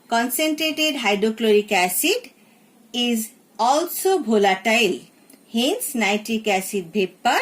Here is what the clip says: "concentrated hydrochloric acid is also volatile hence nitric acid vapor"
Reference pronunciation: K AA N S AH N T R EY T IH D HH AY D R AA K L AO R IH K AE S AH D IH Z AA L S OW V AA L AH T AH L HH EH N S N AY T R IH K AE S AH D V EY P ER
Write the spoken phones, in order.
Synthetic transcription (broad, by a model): K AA N S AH N T R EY T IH D HH AY D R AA K L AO R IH K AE S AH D IH Z AA L S OW B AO L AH T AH L HH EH N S N AY T IH K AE S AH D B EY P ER